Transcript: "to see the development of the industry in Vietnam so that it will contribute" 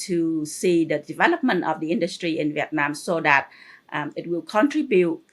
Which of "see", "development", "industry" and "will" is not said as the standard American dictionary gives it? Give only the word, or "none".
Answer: none